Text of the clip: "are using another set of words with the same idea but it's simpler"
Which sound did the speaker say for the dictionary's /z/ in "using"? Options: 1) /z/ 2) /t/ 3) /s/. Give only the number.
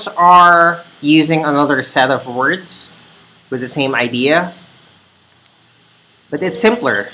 1